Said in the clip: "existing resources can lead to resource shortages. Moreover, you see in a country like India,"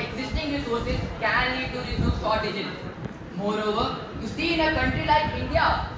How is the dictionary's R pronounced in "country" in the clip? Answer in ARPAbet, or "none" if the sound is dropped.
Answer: R